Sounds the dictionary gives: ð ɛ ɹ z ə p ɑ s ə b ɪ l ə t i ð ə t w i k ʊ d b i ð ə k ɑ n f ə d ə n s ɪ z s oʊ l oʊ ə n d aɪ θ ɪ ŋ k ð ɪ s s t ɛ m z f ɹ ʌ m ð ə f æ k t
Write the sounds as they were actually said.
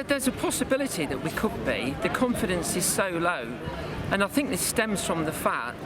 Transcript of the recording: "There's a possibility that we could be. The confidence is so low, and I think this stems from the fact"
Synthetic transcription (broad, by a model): ð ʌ z ə p ɑ s ə b ɪ l ə t i ð ə t w i k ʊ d b i ð ə k ɑ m f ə d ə n s ɪ z s oʊ l oʊ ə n aɪ θ ɪ ŋ k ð ɪ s s t ɛ m z f ɹ ʌ m ð ə f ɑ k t